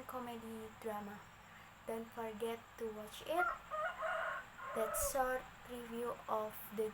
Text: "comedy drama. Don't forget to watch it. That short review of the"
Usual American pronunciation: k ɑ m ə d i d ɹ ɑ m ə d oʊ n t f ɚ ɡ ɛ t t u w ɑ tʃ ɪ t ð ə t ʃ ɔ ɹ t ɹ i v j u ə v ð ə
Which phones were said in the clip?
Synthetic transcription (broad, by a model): k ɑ m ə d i d ɹ ɑ m ə d oʊ n t f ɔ ɡ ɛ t t u w ɑ tʃ ɪ t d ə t s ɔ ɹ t ɹ i v j u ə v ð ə